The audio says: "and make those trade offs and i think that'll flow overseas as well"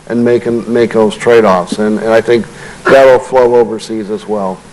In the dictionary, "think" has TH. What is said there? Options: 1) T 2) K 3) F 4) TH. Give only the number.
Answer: 4